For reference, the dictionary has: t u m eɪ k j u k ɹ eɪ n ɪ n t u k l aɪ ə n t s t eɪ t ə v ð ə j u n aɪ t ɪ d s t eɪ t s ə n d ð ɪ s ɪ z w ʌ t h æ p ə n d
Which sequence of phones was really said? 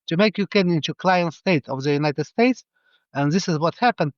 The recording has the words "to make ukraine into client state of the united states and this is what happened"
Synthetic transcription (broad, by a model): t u m eɪ k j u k eɪ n ɪ n t u k l aɪ ə n t s t eɪ t ə v ð ə j u n aɪ t ɪ d s t eɪ t s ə n ð ɪ s ɪ z w ʌ t h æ p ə n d